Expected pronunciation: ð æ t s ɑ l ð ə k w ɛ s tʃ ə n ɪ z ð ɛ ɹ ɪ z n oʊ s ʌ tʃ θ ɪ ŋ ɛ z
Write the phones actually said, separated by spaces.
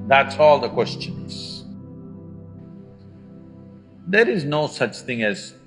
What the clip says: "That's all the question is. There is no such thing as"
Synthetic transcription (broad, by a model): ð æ t s ɑ l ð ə k w ɛ s tʃ ə n ɪ z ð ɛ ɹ ɪ z n oʊ s ʌ tʃ θ ɪ ŋ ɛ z